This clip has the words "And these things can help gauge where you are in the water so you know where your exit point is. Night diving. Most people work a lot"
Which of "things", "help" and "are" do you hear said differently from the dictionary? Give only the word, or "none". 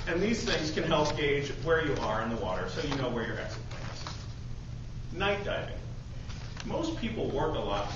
none